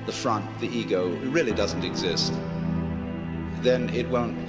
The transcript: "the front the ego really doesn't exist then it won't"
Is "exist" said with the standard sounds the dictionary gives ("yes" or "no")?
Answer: yes